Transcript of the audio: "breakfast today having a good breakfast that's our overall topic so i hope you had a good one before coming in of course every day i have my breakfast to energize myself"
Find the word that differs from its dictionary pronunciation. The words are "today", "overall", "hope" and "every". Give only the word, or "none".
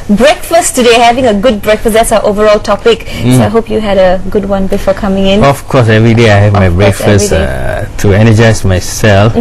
none